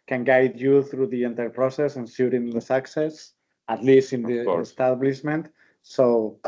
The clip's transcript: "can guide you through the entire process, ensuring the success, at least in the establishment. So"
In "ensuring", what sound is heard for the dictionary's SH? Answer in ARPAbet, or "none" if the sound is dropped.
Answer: S